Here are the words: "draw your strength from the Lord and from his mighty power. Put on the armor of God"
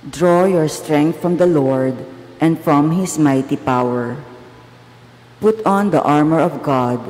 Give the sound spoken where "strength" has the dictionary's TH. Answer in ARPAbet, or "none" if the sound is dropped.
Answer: T